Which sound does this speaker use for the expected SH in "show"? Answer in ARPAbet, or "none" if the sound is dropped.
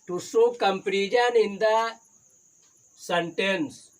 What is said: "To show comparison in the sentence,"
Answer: S